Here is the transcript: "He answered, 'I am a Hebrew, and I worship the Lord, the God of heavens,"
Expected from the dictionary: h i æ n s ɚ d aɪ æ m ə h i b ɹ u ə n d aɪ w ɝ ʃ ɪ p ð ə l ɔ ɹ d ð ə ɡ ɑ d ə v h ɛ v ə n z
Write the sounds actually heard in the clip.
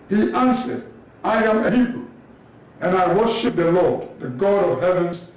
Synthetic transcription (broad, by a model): h i æ n s ɚ d aɪ æ m ə h i b ɹ u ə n aɪ w ɝ ʃ ɪ p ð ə l ɔ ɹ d ð ə ɡ ɑ d ə v h ɛ v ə n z